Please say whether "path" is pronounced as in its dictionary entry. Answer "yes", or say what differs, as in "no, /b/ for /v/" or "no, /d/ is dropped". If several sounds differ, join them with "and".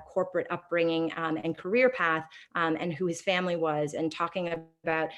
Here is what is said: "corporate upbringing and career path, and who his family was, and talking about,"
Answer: yes